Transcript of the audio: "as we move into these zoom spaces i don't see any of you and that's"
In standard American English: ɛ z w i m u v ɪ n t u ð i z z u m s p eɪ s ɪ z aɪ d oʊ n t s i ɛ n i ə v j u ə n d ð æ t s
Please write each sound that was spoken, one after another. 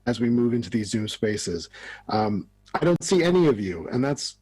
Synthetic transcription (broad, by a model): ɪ z w i m u v ɪ n t u ð i z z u m s p eɪ s ɪ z aɪ d oʊ n t s i ɛ n i ə v j u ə n ð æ t s